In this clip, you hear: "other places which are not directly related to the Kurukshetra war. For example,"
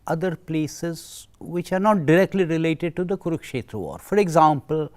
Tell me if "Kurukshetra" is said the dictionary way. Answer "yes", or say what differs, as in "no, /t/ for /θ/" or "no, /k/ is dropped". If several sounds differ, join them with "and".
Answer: yes